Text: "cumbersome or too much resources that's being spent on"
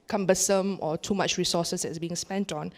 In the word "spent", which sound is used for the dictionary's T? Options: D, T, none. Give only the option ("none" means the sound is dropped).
T